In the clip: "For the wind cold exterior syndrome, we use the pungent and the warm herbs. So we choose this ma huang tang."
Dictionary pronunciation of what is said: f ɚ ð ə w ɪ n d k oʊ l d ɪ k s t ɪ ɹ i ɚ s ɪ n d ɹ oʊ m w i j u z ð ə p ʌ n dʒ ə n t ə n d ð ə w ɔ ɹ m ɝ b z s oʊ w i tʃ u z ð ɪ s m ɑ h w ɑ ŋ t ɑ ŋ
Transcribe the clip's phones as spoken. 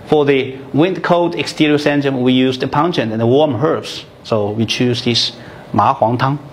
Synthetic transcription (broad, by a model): f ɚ ð ə w ɪ n d k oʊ d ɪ k s t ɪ ɹ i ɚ s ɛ n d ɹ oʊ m w i j u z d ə p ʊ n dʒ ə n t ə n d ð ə w ɔ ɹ m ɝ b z s oʊ w i tʃ u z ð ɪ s m ɑ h w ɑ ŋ t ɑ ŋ